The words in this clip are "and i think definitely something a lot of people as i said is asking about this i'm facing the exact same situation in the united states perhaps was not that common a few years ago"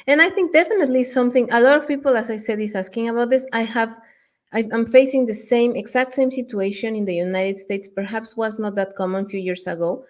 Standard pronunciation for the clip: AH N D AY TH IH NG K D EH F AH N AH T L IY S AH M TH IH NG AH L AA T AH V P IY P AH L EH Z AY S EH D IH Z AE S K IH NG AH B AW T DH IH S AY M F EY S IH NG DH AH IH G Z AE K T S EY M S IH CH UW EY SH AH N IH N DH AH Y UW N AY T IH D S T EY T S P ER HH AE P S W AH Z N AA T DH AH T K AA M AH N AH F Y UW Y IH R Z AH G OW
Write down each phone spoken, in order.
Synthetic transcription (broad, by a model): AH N AY TH IH NG K D EH F AH N AH T L IY S AH M TH IH NG AH L AA T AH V P IY P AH L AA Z AY S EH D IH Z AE S K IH NG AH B AW T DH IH S AY M F EY S IH NG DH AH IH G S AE K T S EY M S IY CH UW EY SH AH N IH N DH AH Y UW N AY T IH D S T EY T S P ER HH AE P S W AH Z N AA T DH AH T K AA M AH N F Y UW Y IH R S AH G OW